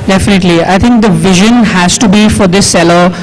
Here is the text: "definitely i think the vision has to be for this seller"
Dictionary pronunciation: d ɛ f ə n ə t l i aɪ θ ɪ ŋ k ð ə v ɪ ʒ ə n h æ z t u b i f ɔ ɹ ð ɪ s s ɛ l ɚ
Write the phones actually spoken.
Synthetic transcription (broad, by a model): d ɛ f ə n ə t l i aɪ t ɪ ŋ k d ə v ɪ ʒ ə n h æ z t u b i f ɔ ɹ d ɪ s s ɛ l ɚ